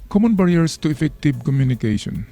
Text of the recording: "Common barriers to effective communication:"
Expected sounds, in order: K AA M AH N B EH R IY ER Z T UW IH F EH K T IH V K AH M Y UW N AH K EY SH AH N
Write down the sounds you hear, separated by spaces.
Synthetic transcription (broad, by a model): K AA M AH N B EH R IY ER S T UW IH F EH K T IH B K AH M Y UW N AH K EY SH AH N